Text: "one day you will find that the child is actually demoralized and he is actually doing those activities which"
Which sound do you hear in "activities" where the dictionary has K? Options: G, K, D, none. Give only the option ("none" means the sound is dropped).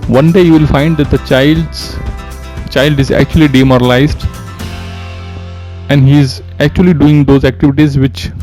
K